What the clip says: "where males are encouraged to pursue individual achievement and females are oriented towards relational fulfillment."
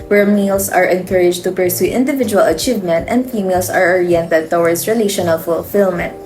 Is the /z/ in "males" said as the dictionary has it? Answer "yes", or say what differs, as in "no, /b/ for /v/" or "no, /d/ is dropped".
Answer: no, /s/ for /z/